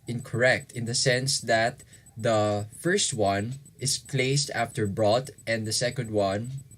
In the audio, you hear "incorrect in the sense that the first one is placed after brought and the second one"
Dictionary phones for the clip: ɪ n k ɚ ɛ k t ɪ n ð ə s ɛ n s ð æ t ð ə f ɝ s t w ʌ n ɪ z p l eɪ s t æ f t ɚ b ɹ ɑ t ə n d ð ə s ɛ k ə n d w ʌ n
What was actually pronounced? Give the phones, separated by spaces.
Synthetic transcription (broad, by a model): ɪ n k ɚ ɛ k t ɪ n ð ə s ɛ n s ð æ t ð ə f ɝ s t w ʌ n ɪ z p l eɪ s t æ f t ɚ b ɹ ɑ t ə n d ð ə s ɛ k ə n d w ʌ n